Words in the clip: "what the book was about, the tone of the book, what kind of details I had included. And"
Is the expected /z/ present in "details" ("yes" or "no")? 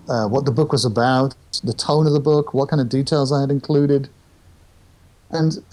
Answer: yes